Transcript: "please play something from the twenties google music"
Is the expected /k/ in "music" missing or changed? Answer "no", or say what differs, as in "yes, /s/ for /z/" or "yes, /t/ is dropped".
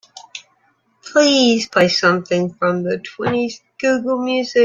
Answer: yes, /k/ is dropped